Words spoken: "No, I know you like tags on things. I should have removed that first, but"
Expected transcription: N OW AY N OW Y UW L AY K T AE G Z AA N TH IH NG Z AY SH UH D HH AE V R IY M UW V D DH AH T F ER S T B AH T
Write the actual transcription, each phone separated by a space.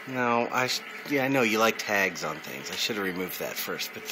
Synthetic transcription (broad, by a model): N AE AY N OW Y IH L AY K T AE G Z N TH IH NG Z AY SH UH D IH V R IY M UW V DH AH T F ER S T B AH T